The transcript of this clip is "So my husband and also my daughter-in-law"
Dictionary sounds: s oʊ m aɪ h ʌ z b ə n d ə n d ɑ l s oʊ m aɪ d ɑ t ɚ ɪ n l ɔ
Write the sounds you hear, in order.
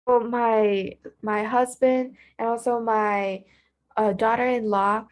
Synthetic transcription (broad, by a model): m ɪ m aɪ h ʌ z b ə n d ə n ɑ l s oʊ m aɪ d ɑ t ɚ ɪ n l ɔ